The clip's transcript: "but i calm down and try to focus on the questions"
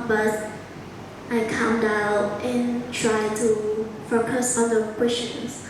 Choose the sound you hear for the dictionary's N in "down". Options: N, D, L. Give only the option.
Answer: L